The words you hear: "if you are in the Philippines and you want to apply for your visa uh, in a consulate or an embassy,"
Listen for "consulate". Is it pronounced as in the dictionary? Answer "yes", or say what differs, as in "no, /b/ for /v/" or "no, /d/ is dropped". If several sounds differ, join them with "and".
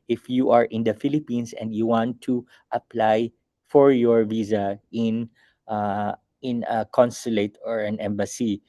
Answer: yes